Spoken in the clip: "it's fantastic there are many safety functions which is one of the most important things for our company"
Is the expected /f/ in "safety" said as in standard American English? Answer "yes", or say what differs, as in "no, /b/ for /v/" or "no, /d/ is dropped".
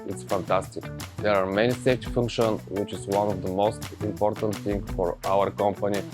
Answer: no, /f/ is dropped